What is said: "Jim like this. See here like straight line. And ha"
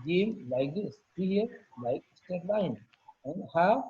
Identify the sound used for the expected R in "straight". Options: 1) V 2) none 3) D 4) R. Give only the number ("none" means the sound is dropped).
2